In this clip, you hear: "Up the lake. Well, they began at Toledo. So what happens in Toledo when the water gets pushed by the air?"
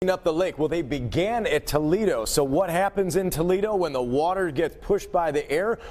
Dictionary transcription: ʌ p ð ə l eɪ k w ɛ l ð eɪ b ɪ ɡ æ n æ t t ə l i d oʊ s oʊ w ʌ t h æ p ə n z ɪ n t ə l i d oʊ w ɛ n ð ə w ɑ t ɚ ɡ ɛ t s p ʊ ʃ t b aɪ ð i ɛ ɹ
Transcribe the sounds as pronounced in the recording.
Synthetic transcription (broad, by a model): ʌ p ð ə l eɪ k w ɛ l ð eɪ b ɪ ɡ æ n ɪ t t ə l i d oʊ s oʊ w ʌ t h æ p ə n z ɪ n t ə l i d oʊ w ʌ n ð ə w ɑ t ɚ ɡ ɛ t s p ʊ ʃ t b aɪ ð i ɛ ɹ